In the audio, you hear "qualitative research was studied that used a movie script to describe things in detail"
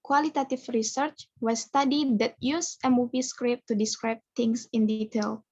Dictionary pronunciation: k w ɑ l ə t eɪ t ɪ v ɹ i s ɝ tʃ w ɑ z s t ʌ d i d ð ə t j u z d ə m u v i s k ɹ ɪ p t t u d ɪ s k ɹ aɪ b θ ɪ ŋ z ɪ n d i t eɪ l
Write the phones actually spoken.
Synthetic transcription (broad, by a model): k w ɑ l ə t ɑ t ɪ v ɹ i s ɝ tʃ w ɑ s t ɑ d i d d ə t j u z ə m u v i s k ɹ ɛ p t t u d ɪ s k ɹ aɪ b t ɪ ŋ s ɪ n d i t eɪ l